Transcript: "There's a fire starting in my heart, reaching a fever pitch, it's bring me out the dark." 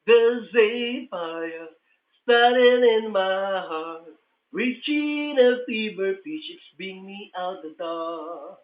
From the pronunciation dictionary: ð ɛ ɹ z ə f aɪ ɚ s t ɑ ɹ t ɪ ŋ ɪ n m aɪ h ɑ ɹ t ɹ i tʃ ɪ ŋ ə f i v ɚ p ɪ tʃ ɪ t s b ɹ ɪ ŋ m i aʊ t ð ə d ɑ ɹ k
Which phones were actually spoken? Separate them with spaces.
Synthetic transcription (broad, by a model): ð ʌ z ə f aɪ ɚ s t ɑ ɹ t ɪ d ɪ n m aɪ h ɑ ɹ t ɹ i tʃ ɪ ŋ ə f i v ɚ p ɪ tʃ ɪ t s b ɪ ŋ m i aʊ t ð ə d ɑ